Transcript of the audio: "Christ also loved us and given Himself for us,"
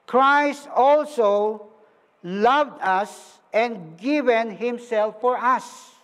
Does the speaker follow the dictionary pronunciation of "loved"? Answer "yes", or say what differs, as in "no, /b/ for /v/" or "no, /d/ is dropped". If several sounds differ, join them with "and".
yes